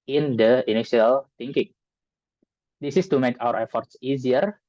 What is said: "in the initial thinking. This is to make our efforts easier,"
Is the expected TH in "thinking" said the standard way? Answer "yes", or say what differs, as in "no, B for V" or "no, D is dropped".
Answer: no, T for TH